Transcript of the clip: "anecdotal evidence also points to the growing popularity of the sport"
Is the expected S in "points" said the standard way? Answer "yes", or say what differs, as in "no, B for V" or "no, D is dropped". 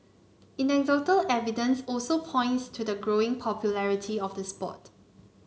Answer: yes